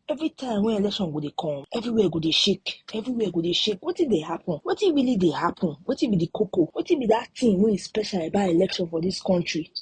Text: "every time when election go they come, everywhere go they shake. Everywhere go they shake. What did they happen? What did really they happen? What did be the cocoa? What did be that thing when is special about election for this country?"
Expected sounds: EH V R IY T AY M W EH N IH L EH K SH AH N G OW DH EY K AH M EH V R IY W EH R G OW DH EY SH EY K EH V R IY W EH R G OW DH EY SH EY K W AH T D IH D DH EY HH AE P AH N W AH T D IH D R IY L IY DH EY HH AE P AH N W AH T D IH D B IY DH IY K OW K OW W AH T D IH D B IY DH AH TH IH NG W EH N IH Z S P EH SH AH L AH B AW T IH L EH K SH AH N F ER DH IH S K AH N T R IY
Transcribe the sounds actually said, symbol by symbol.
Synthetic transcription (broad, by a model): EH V R IY T AY M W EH IH L EH K SH AH N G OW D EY K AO EH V R IY W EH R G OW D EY SH EY K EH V R IY W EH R G OW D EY SH EY K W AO T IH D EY HH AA P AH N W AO T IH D R IY L IY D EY HH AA P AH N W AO T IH B IY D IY K OW K OW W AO T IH B IY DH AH T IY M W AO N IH S P EH SH AH L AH B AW IH L EH K SH AH N F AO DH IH S K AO N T R IY